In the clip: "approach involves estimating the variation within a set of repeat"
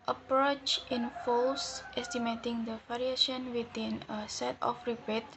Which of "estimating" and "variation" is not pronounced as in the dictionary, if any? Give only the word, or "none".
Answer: variation